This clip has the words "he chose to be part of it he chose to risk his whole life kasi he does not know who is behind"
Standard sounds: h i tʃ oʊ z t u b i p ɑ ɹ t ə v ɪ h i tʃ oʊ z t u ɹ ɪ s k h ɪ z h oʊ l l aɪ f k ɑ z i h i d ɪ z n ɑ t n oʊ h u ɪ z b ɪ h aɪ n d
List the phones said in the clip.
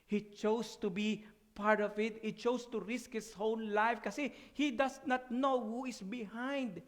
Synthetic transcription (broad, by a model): h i tʃ oʊ s t u b i p ɑ ɹ t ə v ɪ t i tʃ oʊ s t u ɹ ɪ s k h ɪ s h oʊ n l aɪ f k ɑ s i h i d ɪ s n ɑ t n oʊ h u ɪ s b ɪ h aɪ n d